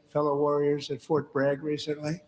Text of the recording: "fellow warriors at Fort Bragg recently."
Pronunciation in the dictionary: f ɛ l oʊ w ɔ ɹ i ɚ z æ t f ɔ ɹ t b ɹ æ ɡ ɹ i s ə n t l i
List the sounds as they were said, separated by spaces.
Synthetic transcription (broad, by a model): f ɛ l oʊ w ɔ ɹ i ɚ z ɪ t f ɔ ɹ t b ɹ æ ɡ ɹ i s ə n t l i